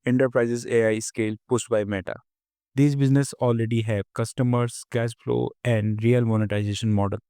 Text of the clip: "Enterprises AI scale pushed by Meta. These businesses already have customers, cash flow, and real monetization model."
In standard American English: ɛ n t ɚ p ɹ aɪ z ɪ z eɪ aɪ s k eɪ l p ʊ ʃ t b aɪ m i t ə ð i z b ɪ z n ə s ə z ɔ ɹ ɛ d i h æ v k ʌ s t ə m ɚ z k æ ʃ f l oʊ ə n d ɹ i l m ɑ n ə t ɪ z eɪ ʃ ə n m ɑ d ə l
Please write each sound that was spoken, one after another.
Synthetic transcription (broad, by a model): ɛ n t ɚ p ɹ aɪ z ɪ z eɪ aɪ s k eɪ l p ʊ s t b aɪ m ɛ t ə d i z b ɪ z n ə s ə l ɹ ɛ d i h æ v k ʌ s t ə m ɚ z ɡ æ s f l oʊ ə n d ɹ i l m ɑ n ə t ɪ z eɪ ʃ ə n m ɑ d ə l